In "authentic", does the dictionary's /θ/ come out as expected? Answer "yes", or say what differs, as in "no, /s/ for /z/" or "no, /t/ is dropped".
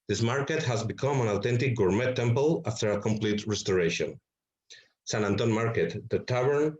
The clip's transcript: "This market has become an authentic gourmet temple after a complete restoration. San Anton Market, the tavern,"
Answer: no, /t/ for /θ/